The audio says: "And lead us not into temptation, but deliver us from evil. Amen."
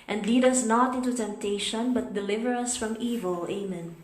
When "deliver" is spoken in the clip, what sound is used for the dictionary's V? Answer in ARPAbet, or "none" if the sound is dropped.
V